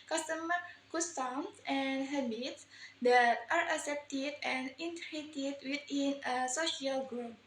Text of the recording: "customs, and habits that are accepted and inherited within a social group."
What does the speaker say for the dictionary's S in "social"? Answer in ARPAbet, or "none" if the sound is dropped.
S